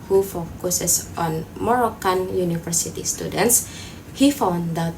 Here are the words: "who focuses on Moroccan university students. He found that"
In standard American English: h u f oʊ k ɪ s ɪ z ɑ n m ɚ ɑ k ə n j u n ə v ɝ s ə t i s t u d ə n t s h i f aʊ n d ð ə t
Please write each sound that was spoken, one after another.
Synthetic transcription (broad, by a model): h u f oʊ k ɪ s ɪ s ɑ n m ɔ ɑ k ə n j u n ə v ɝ s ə t i s t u d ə n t s h i f aʊ n d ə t